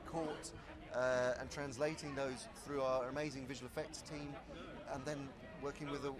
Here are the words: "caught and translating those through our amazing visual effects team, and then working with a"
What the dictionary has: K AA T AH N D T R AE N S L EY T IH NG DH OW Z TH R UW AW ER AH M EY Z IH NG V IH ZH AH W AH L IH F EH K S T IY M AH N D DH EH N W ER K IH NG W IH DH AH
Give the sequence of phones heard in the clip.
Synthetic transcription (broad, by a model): K AA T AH N T R AE N S L EY T IH NG DH OW Z TH R UW AW ER AH M EY Z IH NG V IH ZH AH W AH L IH F EH K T T IY M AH N DH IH N W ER K IH NG W IH DH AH